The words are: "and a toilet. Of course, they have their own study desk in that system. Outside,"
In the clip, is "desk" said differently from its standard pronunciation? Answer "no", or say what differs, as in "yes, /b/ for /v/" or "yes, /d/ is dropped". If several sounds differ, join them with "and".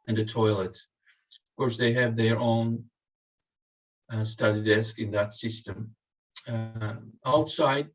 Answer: no